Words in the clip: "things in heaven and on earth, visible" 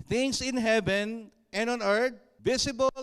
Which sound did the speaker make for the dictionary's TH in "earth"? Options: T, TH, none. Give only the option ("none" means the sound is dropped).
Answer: T